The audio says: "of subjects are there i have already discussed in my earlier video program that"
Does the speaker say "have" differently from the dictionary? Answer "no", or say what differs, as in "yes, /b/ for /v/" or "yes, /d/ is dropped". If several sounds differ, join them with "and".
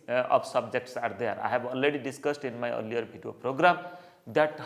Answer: yes, /b/ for /v/